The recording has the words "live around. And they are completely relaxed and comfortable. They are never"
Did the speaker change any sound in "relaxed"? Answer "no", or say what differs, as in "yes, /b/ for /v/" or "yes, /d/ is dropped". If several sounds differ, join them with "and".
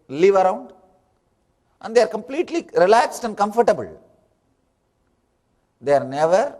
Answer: no